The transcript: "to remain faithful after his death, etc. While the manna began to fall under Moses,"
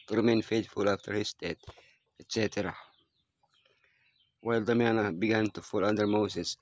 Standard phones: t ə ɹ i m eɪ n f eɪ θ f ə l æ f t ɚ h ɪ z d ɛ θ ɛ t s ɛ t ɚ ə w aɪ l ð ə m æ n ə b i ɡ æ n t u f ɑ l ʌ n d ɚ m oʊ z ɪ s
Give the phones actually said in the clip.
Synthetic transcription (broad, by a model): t ɹ i m eɪ n f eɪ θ f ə l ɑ f t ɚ h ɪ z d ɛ t ɛ t s ɛ t ɚ ə w aɪ l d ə m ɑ n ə b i ɡ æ n t u f ɑ l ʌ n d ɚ m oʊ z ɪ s